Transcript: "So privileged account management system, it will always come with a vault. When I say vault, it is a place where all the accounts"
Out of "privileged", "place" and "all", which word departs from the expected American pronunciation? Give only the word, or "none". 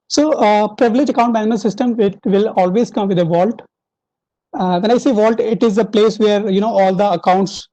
privileged